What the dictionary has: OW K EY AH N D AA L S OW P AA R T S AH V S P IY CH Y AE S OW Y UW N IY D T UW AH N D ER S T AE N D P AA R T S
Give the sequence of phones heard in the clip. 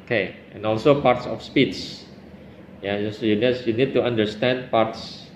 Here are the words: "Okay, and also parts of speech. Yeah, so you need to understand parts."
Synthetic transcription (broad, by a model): K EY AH N AA L S OW P AA R T S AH F S P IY S Y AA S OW Y UW N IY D T UW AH N D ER S T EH N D P AA R T S